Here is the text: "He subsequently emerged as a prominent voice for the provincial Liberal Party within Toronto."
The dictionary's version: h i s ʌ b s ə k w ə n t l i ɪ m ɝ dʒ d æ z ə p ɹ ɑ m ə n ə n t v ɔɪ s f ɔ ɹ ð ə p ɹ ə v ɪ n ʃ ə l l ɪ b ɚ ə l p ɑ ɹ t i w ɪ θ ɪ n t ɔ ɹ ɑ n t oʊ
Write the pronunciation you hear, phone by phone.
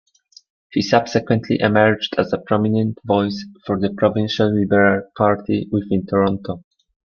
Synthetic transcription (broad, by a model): h i s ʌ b s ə k w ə n t l i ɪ m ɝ dʒ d æ z ə p ɹ ɑ m ə n ə n t v ɔɪ s f ɔ ɹ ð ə p ɹ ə v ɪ n ʃ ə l l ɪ b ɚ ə l p ɑ ɹ t i w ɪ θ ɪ n t ɔ ɹ ɑ n t oʊ